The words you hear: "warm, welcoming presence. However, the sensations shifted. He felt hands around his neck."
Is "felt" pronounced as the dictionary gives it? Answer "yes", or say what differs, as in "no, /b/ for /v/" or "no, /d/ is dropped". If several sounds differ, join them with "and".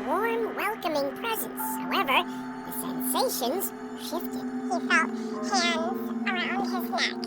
no, /l/ is dropped